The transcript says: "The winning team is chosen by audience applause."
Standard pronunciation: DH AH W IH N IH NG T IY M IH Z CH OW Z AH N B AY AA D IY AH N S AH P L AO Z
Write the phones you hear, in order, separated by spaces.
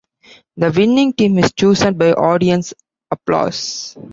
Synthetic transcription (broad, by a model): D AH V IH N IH NG T IY M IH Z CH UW S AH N B AY AA D IY AH N S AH P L AO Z